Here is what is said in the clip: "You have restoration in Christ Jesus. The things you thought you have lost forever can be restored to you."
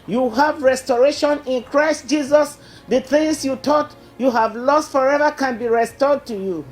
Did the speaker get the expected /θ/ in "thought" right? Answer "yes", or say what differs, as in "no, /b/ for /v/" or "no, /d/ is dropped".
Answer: no, /t/ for /θ/